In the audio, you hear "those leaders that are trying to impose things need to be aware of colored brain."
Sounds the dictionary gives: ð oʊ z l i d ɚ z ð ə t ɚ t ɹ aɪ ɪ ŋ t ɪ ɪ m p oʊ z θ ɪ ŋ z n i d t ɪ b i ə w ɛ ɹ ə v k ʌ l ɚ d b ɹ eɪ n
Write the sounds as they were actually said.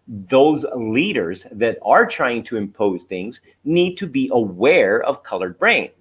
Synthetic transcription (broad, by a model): ð oʊ z l i d ɚ z ð ə t ɚ t ɹ aɪ ɪ ŋ t ɪ ɪ m p oʊ z θ ɪ ŋ z n i d t ɪ b i ə w ɛ ɹ ə v k ʌ l ɚ d b ɹ eɪ n